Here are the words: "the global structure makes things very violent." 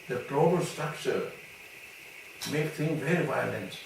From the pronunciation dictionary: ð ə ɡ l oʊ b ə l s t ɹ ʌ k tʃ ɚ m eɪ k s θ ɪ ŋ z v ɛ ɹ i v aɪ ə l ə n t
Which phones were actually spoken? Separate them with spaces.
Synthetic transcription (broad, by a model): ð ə ɡ l oʊ b ə l s t ɹ ʌ k tʃ ɚ m eɪ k θ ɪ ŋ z v ɛ ɹ i v aɪ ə l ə n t